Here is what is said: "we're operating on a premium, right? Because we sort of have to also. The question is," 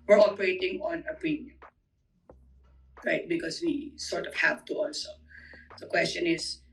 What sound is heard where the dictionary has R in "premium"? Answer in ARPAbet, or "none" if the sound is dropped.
none